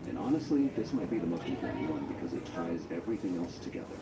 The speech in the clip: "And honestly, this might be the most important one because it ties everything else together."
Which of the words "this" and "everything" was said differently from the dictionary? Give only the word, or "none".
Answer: none